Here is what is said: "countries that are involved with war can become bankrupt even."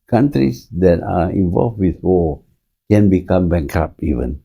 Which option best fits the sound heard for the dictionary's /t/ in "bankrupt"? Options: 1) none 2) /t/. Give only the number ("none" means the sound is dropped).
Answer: 1